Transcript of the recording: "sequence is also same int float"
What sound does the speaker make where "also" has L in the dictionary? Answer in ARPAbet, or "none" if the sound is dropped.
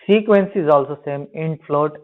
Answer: L